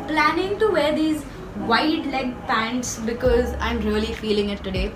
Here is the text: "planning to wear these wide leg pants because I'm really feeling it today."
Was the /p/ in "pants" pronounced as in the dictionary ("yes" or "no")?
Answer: yes